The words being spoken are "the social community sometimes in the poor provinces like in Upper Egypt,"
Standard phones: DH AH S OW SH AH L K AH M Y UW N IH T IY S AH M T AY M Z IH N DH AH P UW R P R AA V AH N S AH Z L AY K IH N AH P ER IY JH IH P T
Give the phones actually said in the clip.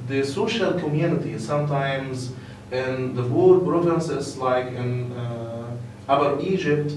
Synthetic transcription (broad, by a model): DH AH S OW SH AH L K AH M Y UW N IH T IY S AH M T AY M Z IH N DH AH B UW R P R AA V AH N S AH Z L AY K IH N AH B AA IY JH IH P T